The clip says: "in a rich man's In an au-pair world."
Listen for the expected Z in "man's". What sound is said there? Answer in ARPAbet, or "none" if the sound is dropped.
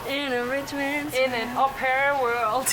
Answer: none